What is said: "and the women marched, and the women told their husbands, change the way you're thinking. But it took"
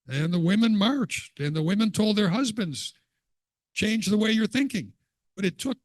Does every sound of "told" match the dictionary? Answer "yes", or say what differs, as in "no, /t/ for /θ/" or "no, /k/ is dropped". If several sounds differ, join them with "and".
yes